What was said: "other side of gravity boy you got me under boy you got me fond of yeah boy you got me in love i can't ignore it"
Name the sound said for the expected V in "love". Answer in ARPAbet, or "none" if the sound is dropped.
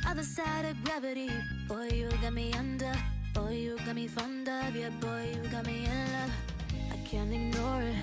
none